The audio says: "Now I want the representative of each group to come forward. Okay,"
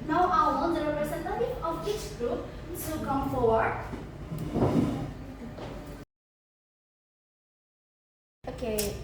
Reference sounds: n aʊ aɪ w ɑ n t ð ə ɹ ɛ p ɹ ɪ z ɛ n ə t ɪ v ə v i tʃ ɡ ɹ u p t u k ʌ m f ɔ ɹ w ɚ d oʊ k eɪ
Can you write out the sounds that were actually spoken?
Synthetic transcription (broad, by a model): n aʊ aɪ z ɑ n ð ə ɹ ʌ ɹ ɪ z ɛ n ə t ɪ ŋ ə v i tʃ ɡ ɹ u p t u k ʌ m f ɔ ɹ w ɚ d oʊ k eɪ